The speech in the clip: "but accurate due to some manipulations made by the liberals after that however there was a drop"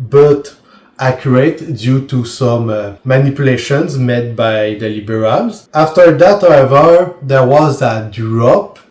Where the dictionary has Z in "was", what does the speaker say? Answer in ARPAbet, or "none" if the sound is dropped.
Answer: Z